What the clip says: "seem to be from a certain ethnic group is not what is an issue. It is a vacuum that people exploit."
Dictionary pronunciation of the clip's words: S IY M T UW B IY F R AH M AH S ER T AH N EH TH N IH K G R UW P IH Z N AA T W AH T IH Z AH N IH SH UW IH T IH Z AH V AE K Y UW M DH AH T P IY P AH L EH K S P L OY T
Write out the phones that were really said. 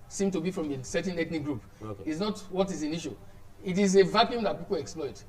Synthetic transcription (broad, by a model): S IY M T UW B IY F R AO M AH S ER T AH N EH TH N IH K G R UW P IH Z N AA T W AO T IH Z AH N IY SH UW IH T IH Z AH V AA K Y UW M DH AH T P IY P AH L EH K S P L OY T